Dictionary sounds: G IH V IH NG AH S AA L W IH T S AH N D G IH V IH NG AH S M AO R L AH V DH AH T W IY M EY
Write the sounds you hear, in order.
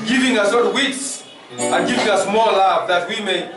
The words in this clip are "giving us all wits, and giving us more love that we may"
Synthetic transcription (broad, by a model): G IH V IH NG AH S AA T W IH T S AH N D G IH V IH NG AH S M AO L L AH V DH AH T W IY M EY